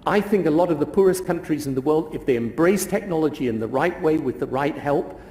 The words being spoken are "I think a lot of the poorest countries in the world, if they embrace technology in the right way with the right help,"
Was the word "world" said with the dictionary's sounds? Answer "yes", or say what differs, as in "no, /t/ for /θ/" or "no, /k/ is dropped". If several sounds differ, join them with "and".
yes